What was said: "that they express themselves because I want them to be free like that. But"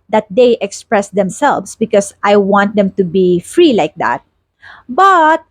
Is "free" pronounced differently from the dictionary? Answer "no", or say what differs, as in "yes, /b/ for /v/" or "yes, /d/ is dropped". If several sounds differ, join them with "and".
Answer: no